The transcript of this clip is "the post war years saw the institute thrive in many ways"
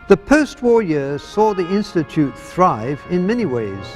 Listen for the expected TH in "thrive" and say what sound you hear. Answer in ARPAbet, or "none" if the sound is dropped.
TH